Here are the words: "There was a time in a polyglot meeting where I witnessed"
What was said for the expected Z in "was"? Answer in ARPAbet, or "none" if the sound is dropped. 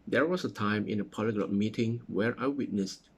S